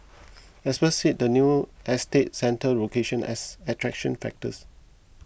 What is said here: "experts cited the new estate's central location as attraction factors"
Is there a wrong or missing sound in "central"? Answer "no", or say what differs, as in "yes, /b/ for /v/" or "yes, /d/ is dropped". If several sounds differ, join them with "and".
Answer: yes, /ɹ/ is dropped